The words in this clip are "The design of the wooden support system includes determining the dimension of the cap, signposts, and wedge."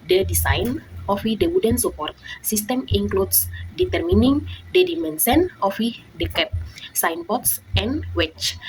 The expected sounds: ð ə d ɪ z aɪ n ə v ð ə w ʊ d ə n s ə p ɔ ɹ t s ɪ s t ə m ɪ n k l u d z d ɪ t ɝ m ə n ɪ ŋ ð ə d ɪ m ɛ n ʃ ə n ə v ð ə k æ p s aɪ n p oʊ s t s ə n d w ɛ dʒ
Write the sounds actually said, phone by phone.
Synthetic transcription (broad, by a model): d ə d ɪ s aɪ n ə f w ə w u d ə n s ə p ɔ ɹ t s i s t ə m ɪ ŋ k l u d s d ɪ t ɝ m ə n ɪ ŋ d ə d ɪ m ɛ n s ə n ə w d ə k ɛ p s aɪ n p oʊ t s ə n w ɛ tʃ